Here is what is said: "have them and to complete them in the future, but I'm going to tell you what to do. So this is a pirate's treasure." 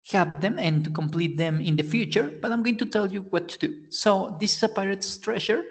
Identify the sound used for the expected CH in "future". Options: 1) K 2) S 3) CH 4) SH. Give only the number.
3